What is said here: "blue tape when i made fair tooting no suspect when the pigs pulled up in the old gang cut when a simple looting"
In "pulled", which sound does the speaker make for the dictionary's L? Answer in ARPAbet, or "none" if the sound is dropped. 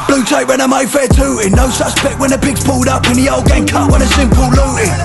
L